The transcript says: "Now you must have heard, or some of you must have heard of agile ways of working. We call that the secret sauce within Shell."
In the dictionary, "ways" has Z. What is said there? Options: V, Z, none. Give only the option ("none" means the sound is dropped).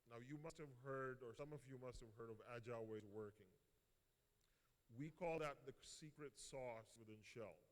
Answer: none